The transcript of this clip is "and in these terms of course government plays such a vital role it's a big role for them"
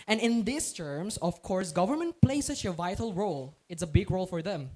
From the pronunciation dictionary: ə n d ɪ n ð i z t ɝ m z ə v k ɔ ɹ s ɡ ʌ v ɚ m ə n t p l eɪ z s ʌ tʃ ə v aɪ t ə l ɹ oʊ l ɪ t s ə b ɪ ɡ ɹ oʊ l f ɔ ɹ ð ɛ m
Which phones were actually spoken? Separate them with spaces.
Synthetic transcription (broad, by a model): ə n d ɪ n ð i s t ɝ m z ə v k ɔ ɹ s ɡ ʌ v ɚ m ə n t p l eɪ s ʌ tʃ ə v aɪ t ə l ɹ oʊ l ɪ t s ə b ɪ ɡ ɹ oʊ l f ɔ ɹ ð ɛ m